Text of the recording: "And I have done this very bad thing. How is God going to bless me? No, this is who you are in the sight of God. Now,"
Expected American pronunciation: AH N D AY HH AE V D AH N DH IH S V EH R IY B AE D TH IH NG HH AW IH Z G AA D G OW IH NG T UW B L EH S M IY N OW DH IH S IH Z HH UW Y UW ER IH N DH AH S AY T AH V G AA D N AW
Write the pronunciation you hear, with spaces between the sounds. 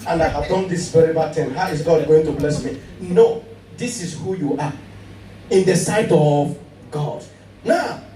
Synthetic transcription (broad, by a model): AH N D AY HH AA V D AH N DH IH S V EH R IY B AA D T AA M HH AW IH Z G AA D G OW IH NG T UW B L EH S M IY N OW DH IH S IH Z HH UW Y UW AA IH N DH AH S AY T AH V G AA D N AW